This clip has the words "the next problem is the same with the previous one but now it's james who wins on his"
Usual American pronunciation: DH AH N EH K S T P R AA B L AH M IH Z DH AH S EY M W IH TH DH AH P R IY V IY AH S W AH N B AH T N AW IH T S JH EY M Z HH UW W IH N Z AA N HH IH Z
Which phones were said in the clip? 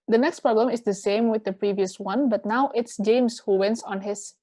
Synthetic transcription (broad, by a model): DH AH N EH K S T P R AA B L AH M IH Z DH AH S EY M W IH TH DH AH P R IY V IY AH S W AH N B AH T N AW IH T S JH EY M S HH UW W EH N S AA N HH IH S